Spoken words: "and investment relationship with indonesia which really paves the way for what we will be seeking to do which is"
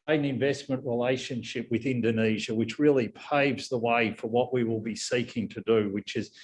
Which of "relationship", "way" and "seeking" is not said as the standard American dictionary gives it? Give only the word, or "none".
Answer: none